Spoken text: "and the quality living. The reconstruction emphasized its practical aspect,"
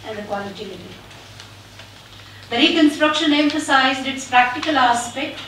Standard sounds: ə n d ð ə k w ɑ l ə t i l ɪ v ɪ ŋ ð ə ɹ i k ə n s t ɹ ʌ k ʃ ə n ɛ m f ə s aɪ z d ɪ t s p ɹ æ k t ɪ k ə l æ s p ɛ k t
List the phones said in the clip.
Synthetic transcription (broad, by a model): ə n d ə k w ɑ l ə t i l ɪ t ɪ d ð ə ɹ i k ə n s t ɹ ʌ k ʃ ə n ɛ m f ə s aɪ z d ɪ t s p ɹ æ k t ɪ k ə l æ s p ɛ k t